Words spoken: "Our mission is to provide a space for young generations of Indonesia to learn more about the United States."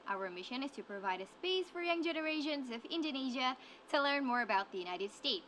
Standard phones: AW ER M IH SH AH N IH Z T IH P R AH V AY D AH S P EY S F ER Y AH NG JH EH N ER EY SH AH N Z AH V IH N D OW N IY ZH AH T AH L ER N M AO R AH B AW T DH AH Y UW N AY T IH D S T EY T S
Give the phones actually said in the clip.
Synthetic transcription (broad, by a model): AW ER M IH SH AH N IH Z T IH P R AH V AY D AH S P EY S F ER Y AH NG JH EH N ER EY SH AH N Z AH V IH N D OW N IY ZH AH T AH L ER N M AO R AH B AW T DH AH Y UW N AY T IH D S T EY T S